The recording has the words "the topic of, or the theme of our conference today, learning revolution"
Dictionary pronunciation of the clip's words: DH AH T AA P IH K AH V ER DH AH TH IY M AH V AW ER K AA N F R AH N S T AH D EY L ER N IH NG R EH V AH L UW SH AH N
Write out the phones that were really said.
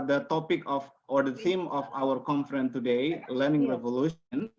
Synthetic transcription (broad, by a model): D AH T AA P IH K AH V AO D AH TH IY M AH F AW ER K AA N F R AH N T AH D EY L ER N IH NG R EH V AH L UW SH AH N